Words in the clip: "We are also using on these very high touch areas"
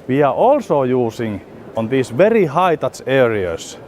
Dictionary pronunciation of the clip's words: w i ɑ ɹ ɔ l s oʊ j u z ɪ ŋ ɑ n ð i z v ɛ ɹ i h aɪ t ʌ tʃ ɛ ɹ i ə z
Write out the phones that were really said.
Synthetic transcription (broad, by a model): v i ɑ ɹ ɔ l s oʊ j u s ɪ ŋ ɑ n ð i s v ɛ ɹ i h aɪ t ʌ s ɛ ɹ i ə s